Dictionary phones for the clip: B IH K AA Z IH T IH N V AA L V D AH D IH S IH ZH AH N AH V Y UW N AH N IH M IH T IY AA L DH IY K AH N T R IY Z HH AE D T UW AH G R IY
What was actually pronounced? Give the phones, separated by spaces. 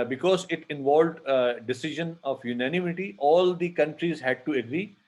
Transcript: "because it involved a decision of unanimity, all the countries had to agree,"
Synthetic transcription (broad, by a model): B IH K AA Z IH T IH N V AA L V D AH D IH S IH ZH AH N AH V Y UW N AH N IH M IH T IY AA L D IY K AH N T R IY Z HH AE D T UW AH G R IY